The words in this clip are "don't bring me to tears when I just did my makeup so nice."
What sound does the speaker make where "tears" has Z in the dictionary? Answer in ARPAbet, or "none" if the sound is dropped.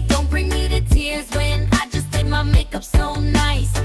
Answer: Z